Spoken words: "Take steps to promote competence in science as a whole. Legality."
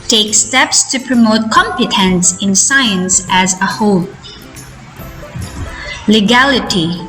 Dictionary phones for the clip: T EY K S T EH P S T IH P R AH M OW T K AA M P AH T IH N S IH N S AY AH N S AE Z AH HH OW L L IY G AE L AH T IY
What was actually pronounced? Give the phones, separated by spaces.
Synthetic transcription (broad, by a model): T EY K S T EH P S T IH P R AH M OW T K AA M P AH T IH N S IH N S AY AH N S AE Z AH HH OW L L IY G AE L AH T IY